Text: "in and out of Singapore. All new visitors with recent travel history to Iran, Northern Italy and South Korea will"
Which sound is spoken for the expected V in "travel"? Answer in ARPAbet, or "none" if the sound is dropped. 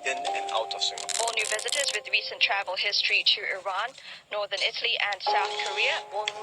V